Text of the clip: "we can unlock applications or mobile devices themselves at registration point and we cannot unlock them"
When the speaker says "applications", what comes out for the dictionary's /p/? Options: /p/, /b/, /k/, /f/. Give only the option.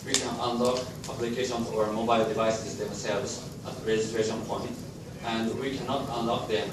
/b/